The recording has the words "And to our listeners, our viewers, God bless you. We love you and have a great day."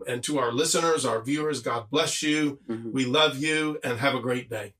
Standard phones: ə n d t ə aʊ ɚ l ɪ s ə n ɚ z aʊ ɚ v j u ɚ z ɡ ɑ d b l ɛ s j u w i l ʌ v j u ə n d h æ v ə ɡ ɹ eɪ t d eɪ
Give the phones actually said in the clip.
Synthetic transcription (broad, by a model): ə n t ə aʊ ɚ l ɪ s ə n ɚ z aʊ ɚ v j u ɚ z ɡ ɑ d b l ɛ s j u w i l ʌ v j u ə n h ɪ v ə ɡ ɹ eɪ t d eɪ